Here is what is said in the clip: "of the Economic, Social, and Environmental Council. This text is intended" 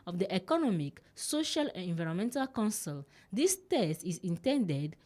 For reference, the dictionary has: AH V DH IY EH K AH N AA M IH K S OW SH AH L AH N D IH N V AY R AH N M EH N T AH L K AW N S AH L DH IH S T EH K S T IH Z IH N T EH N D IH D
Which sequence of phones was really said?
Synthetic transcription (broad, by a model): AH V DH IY EH K AH N AA M IH K S OW SH AH L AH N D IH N V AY R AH M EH N T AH L K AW N S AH L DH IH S T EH S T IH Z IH N T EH N D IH D